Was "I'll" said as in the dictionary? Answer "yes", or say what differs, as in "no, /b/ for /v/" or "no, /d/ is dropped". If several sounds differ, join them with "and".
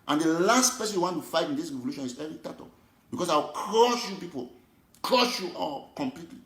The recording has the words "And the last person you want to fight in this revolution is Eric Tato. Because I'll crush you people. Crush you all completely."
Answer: no, /w/ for /l/